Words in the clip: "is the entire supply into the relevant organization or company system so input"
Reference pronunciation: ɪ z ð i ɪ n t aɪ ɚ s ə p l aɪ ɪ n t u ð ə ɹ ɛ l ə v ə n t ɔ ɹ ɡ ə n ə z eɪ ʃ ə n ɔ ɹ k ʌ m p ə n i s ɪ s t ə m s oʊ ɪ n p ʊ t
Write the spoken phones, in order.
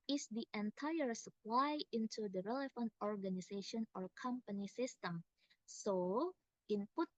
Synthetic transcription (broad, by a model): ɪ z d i ɪ n t aɪ ɚ s ə p l aɪ ɪ n t u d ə ɹ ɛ l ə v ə n t ɔ ɹ ɡ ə n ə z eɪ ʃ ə n ɔ ɹ k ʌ m p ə n i s ɪ s t ə m s oʊ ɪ n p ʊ t